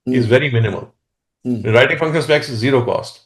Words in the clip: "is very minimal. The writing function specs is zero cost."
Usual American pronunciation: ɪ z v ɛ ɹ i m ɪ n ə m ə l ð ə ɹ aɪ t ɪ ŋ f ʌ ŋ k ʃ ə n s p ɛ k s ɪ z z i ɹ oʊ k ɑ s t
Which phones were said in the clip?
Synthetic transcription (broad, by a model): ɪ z v ɛ ɹ i m ɪ n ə m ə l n ɹ aɪ t ɪ ŋ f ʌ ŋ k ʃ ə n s b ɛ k s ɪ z z i ɹ oʊ k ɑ s t